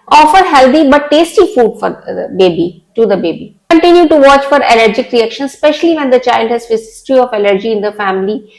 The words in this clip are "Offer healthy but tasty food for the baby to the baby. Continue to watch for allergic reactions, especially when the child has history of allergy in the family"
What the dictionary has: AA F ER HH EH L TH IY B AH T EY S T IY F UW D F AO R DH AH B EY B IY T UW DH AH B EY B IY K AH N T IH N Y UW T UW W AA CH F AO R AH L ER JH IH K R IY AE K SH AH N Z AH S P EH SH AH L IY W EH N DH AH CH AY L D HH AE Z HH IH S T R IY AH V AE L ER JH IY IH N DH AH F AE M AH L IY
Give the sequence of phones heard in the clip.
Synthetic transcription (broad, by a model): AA F ER HH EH L T IY B AH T EY S T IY F UW D F AO R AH B EY B IY T UW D AH B EY B IY K AH N T IH N Y UW T UW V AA CH F AO R AH L ER JH IH K R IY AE K SH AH N S P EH SH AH L IY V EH N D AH CH AY L D HH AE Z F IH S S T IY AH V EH L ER JH IY IH N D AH F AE M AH L IY